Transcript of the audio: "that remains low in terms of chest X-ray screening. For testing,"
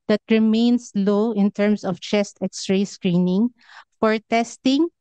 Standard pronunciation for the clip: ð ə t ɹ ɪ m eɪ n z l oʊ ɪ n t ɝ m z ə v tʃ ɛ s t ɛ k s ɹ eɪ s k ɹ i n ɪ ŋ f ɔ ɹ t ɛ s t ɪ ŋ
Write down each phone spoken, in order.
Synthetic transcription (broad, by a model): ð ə t ɹ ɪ m eɪ n s l oʊ ɪ n t ɝ m s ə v tʃ ɛ s t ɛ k s ɹ eɪ s k ɹ i n ɪ ŋ f ɔ ɹ t ɛ s t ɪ ŋ